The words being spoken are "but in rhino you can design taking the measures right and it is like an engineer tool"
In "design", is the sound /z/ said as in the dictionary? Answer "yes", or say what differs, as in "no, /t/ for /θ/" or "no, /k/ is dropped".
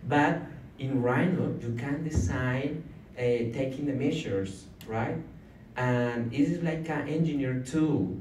no, /s/ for /z/